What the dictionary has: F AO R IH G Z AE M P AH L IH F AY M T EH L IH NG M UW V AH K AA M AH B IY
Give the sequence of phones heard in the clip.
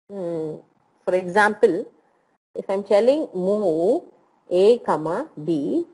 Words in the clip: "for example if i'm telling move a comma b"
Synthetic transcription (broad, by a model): F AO R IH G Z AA M P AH L IH F AY M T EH L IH NG M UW AH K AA M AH B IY